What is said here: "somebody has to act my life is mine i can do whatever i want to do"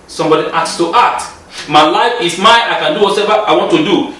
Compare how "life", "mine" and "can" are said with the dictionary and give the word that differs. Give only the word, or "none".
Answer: mine